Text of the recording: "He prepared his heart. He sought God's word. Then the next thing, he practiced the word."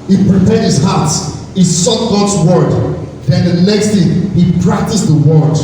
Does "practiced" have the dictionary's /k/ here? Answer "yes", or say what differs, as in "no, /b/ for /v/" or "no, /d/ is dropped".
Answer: yes